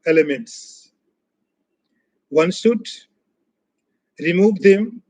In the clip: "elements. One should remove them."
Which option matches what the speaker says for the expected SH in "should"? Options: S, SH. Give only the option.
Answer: S